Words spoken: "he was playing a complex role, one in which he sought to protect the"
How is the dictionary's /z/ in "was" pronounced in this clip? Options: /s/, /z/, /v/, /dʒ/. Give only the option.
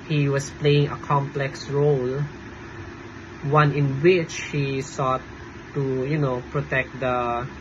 /s/